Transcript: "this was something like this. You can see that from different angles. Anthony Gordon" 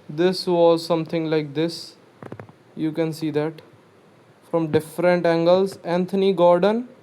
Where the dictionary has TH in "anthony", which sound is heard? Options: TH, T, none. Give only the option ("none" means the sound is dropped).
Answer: T